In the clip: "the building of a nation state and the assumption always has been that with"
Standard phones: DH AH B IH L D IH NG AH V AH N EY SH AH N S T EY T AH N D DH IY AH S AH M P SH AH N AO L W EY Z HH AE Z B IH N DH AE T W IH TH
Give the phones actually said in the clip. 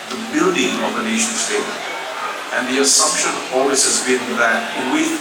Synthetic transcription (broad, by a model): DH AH B IH L D IH NG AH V AH N EY SH AH N S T EY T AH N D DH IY AH S AH M P SH AH N AO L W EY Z HH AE Z B IH N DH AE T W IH